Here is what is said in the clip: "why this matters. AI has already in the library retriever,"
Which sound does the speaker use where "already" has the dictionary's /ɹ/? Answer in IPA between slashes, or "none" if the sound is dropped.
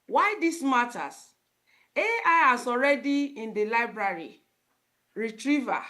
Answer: /ɹ/